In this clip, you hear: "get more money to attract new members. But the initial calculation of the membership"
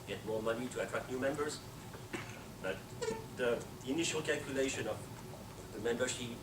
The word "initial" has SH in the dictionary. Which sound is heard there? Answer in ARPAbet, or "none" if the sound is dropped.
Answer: SH